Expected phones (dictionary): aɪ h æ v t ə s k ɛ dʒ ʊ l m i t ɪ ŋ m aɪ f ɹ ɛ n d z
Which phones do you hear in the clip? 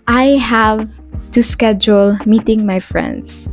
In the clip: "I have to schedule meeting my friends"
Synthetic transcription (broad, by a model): aɪ h æ v t ə s k ɛ dʒ ʊ l m i t ɪ ŋ m aɪ f ɹ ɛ n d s